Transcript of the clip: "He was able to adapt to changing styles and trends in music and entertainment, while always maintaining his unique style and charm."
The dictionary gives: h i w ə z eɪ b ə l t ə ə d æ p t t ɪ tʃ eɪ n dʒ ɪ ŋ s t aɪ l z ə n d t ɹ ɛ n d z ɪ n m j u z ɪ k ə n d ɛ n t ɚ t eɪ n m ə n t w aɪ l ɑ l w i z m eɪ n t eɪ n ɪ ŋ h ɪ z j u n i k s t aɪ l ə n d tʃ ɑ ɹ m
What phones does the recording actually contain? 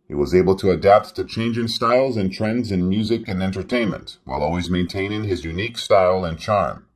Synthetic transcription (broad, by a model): h i w ə z eɪ b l t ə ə d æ p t t ɪ tʃ eɪ n dʒ ɪ ŋ s t aɪ l z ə n t ɹ ɛ n d z ɪ n m j u z ɪ k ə n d ɛ n t ɚ t eɪ n m ə n t w aɪ l ɑ l w i z m eɪ n t eɪ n ɪ ŋ ɪ z j u n i k s t aɪ l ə n tʃ ɑ ɹ m